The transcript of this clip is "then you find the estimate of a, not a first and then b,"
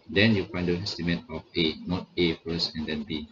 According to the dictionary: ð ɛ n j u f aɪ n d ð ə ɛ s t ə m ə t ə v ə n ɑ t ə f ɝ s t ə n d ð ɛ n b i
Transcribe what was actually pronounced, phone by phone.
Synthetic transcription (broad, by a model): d ɛ n j u f aɪ n d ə ɛ s t ə m ə t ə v ə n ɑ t ə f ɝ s ə n d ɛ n b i